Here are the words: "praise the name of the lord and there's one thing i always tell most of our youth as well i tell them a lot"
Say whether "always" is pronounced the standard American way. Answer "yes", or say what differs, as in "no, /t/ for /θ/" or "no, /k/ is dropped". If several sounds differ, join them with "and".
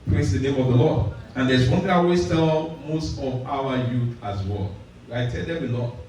no, /w/ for /l/